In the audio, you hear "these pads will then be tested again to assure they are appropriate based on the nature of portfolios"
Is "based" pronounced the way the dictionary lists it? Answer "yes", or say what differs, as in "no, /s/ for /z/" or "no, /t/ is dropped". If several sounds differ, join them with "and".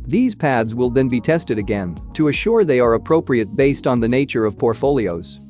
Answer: yes